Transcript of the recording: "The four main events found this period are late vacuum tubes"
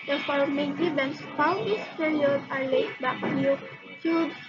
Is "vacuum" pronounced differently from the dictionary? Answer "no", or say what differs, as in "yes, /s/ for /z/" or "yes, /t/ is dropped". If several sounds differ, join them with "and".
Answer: yes, /b/ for /v/